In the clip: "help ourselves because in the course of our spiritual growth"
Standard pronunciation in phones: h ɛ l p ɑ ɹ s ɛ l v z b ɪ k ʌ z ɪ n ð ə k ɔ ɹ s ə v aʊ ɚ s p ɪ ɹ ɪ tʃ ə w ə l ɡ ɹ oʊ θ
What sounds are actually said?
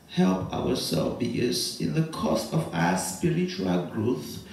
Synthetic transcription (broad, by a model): h ɛ l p ɑ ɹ s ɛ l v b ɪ ʌ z ɪ n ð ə k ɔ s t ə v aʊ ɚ s p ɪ ɹ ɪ tʃ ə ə l ɡ ɹ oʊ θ